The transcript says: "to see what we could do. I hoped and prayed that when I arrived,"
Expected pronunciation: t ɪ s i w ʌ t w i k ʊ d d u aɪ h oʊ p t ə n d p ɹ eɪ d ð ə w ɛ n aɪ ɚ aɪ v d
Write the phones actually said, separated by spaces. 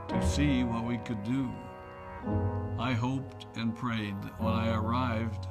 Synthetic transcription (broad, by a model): t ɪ s i w ʌ t w i k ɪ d d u aɪ h oʊ p t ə n p ɹ eɪ d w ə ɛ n aɪ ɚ aɪ v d